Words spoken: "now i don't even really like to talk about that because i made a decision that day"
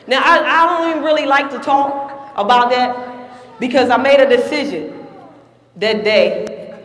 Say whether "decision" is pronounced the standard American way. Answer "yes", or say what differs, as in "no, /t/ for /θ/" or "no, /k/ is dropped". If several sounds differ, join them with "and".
yes